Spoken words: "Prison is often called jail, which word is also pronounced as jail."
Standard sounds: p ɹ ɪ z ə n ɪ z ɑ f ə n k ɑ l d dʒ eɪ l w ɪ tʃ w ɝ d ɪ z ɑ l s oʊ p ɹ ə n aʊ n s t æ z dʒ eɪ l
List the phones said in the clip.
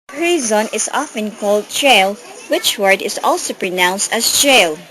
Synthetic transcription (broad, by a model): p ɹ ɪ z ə n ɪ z ɑ f ə n k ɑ l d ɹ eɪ l w ɪ tʃ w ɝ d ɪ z ɑ l s oʊ p ɹ ə n aʊ n s t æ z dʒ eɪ l